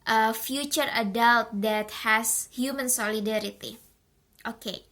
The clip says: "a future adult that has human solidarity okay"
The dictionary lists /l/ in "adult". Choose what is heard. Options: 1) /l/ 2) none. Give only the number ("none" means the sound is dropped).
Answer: 1